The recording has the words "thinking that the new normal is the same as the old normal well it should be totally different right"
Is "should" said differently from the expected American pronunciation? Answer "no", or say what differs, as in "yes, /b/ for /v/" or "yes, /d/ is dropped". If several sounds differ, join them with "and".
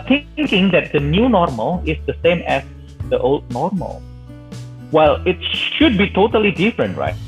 no